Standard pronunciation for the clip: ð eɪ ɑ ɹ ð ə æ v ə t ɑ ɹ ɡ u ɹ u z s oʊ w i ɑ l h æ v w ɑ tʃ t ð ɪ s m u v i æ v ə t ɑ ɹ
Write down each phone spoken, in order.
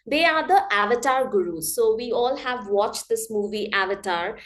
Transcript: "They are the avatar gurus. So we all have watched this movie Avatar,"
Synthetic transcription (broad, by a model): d eɪ ɑ ɹ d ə æ v ə t ɑ ɹ ɡ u ɹ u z s oʊ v i ɑ l h æ v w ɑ tʃ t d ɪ s m u v i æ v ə t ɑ ɹ